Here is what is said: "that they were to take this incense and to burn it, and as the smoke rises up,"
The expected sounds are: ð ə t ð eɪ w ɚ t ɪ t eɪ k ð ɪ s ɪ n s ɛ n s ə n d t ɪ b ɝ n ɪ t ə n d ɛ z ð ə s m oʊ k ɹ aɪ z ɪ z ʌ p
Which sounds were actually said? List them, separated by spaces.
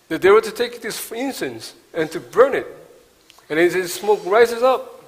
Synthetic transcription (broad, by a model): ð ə t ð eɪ w ɚ t ɪ t eɪ k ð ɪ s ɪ n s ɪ n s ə n t ɪ b ɝ n ɪ t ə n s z s m oʊ k ɹ aɪ z ɪ z ʌ p